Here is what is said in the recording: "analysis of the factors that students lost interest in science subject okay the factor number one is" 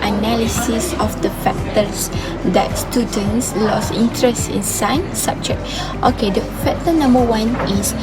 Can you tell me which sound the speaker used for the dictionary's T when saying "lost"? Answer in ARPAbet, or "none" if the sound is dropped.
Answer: none